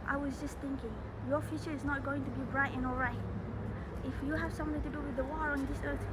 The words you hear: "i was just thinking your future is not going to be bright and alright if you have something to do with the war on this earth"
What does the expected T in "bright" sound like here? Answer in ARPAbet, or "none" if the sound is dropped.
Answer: T